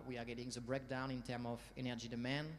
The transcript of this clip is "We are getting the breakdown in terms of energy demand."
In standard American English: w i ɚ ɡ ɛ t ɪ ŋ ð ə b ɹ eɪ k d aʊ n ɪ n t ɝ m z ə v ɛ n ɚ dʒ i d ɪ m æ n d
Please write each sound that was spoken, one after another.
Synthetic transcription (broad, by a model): w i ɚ ɡ ɛ t ɪ ŋ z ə b ɹ eɪ k d aʊ n ɪ n t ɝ m ə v ɛ n ɚ dʒ i d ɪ m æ n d